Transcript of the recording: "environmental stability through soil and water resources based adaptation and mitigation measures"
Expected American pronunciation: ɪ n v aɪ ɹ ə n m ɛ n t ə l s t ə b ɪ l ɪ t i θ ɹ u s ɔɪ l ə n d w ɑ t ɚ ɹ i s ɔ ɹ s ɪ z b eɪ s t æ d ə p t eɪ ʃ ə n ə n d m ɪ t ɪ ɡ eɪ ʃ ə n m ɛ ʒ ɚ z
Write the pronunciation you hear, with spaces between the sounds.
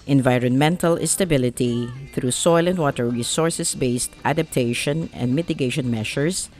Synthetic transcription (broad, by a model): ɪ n v aɪ ɹ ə n m ɛ n t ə l s t ə b ɪ l ɪ t i θ ɹ u s ɔɪ l ə n d w ɑ t ɚ ɹ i s ɔ ɹ s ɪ s b eɪ s t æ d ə p t eɪ ʃ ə n ə n d m ɪ t ɪ ɡ eɪ ʃ ə n m ɛ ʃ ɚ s